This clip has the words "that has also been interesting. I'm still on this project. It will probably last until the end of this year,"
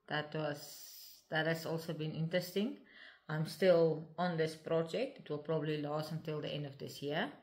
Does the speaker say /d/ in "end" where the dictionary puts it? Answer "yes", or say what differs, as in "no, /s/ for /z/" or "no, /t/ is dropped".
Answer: yes